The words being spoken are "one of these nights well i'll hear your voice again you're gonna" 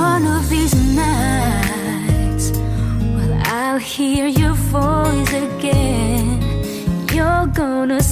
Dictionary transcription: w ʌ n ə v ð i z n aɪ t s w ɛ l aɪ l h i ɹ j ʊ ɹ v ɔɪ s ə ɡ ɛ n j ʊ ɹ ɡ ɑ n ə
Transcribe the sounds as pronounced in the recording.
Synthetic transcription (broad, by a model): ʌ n ə v ð i z n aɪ t s w ɛ l aɪ l h i ɹ j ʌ ɹ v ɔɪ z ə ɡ ɛ n j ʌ ɹ ɡ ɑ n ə